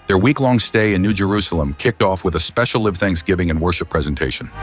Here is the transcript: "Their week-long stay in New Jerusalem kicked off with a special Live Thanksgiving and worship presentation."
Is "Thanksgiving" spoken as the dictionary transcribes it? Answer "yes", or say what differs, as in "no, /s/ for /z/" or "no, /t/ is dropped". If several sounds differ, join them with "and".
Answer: yes